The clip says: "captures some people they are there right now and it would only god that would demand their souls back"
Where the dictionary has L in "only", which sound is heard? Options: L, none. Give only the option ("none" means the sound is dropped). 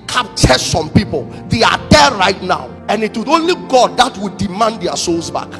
L